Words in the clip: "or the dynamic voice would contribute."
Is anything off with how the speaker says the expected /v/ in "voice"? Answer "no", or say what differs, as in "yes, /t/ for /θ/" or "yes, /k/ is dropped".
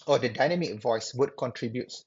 no